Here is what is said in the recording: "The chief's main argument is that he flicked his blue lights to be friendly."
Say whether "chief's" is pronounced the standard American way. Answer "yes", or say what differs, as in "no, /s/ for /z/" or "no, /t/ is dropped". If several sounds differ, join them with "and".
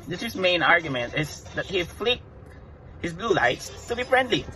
no, /s/ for /tʃ/ and /f/ is dropped